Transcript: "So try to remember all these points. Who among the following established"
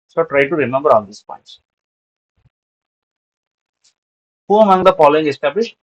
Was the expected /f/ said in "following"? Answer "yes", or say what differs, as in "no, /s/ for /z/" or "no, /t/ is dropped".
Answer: no, /p/ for /f/